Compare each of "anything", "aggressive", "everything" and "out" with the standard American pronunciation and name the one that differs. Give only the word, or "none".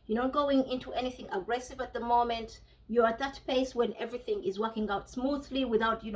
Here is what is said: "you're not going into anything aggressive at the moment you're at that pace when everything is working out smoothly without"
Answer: none